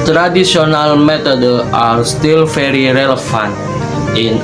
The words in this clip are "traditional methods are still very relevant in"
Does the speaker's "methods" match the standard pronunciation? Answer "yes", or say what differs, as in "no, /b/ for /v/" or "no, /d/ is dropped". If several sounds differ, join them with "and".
no, /t/ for /θ/ and /z/ is dropped